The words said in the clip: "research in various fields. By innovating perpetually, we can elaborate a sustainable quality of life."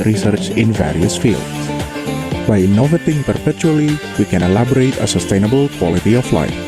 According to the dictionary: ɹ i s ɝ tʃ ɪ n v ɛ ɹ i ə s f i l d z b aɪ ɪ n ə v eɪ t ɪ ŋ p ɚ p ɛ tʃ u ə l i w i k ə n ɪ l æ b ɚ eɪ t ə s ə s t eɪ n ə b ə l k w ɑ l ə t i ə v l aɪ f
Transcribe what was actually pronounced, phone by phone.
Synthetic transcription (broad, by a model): ɹ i s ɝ tʃ ɪ n v ɛ ɹ i ə s f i l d s b aɪ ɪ n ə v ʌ t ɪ ŋ p ɚ p ɛ tʃ u ə l i w i k ə n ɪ l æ b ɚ eɪ t ə s ə s t eɪ n ə b ə l k w ɑ l ə t i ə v l aɪ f